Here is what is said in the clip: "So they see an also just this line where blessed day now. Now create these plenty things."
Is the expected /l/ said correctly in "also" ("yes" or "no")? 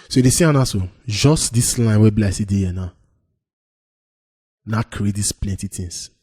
no